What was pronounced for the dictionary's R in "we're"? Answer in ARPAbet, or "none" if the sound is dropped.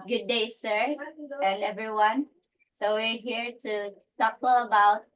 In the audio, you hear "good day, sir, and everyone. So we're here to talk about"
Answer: R